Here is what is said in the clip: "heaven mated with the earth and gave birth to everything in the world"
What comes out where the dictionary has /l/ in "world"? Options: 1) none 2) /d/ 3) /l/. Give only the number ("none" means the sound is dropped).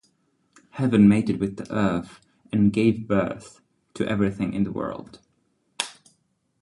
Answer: 3